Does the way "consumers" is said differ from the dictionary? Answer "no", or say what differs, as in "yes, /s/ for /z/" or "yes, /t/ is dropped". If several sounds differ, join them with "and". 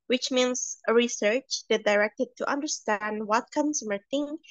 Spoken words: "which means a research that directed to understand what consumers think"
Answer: yes, /z/ is dropped